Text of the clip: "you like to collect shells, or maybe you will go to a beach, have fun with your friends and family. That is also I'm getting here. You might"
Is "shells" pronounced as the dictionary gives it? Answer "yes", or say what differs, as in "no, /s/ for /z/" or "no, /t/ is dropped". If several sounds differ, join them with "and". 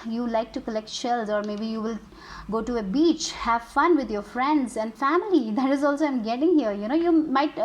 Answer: yes